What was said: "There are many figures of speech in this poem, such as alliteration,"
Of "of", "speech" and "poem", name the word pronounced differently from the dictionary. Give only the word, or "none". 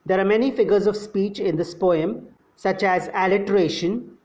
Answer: none